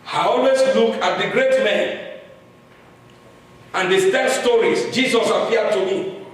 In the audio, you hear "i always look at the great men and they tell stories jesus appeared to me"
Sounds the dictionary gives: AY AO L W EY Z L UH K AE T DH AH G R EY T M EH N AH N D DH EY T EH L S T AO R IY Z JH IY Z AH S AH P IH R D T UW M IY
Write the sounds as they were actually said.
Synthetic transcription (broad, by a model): AY AO L W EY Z L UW K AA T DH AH G R EY T M EH N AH N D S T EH N S T AO R IY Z JH IY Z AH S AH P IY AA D T UW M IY